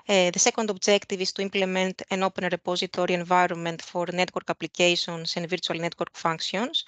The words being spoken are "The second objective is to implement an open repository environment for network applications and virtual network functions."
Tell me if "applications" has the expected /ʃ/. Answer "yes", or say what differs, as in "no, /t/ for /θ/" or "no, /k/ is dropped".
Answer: no, /s/ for /ʃ/